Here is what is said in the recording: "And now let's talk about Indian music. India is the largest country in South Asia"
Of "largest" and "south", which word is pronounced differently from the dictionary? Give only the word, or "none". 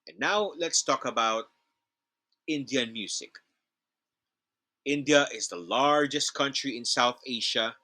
none